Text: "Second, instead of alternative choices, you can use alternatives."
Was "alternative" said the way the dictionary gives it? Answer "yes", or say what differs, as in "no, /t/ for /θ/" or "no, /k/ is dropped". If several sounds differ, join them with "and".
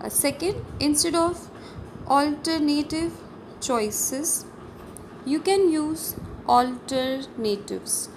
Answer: yes